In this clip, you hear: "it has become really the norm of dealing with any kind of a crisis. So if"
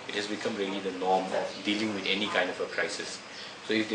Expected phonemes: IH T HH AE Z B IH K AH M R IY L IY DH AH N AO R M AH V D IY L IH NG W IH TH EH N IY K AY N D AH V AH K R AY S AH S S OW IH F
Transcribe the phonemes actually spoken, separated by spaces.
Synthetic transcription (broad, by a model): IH T HH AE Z B IH K AH M R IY L IY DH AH N AO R M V D IY L IH NG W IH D EH N IY K AY N D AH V AH K R AY S AH S S OW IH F